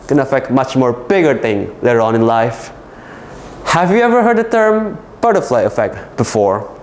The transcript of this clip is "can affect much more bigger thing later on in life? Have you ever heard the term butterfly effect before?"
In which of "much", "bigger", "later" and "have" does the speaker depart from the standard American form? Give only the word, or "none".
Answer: none